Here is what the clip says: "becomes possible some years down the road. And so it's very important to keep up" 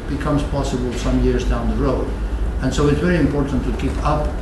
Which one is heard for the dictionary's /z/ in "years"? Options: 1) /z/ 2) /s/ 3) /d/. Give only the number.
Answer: 1